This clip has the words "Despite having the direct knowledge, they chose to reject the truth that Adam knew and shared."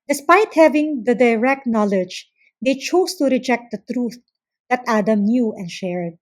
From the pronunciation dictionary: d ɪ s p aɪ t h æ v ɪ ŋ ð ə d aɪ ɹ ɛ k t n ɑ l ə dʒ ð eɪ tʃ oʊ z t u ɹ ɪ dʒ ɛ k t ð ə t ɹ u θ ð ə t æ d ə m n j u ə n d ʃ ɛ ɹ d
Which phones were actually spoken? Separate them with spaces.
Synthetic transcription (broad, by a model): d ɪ s p aɪ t h æ v ɪ ŋ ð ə d aɪ ɹ ɛ k t n ɑ l ə dʒ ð eɪ tʃ oʊ s t u ɹ ɪ dʒ ɛ k t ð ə t ɹ u θ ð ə t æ d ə m n j u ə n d ʃ ɛ ɹ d